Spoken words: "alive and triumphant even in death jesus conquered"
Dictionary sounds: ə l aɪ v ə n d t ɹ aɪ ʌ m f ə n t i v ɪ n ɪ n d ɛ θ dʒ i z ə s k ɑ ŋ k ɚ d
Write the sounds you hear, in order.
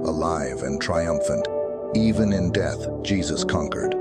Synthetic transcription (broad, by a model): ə l aɪ v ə n t ɹ aɪ ʌ m f ə n t i v ɪ n ɪ n d ɛ θ dʒ i z ə s k ɑ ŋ k ɚ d